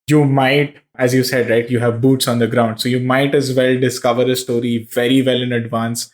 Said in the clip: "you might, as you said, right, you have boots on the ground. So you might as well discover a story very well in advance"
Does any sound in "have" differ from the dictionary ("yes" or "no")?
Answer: no